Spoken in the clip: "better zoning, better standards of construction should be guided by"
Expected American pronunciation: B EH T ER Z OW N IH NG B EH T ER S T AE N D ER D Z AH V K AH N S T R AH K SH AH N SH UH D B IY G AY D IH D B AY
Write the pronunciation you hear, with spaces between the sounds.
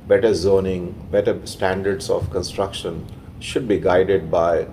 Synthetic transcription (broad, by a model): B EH T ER Z OW N IH NG B EH T ER S T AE N D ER D S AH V K AH N S T R AH K SH AH N SH UH D B IY G AY D IH D B AY